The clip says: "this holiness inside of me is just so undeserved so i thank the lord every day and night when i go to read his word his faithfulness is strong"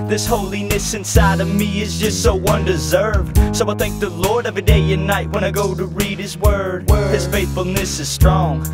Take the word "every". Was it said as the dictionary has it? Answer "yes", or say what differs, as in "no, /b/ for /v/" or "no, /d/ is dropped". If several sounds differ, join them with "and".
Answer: no, /ɹ/ is dropped